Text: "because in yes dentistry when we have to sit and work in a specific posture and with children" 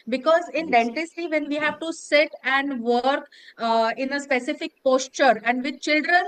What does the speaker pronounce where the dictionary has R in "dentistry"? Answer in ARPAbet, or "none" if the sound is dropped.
none